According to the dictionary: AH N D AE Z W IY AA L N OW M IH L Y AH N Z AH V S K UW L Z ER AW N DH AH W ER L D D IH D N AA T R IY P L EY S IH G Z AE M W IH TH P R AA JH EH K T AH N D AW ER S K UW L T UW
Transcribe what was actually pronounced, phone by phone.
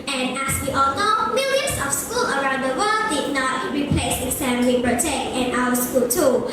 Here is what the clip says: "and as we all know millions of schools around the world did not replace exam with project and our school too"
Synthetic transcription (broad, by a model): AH N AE S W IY AA L N OW M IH L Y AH N S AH F S K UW L ER AW N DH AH W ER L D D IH N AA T R IY P L EY S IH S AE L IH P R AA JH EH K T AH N AW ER S K UW L T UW